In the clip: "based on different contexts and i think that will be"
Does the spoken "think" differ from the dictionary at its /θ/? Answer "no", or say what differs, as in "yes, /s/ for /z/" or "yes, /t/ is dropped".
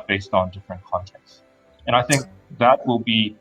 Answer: no